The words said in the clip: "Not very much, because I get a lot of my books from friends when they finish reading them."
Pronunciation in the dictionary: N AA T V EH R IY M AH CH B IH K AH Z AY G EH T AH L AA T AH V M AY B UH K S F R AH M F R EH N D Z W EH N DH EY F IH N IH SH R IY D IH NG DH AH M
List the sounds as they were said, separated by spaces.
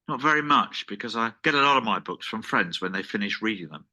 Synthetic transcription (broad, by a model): N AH T V EH R IY M AH CH B IH K AH Z AY G EH T AH L AA T AH V M AY B UH K S F R AH M F R EH N D Z W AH N DH EY F IH N IH SH R IY D IH NG DH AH M